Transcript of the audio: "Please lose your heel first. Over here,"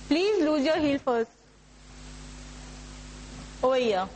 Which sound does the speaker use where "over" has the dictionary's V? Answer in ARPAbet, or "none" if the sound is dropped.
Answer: none